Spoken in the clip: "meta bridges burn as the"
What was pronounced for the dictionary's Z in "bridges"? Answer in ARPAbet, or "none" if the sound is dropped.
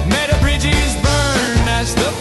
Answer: Z